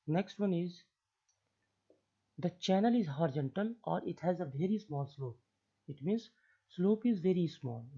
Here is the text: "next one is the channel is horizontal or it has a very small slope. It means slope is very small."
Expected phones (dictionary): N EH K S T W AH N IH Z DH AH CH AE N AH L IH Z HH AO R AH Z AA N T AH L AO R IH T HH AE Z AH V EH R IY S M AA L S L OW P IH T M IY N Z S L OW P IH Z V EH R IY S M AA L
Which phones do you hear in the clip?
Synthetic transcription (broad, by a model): N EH K S T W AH N IH Z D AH CH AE N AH L IH Z HH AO R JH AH N T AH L AO R IH T HH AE Z AH V EH R IY S M AA L S L OW P IH T M IY N Z S L OW P IH Z V EH R IY S M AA L